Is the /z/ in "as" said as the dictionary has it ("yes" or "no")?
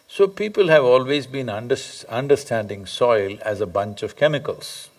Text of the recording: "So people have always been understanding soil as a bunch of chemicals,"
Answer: yes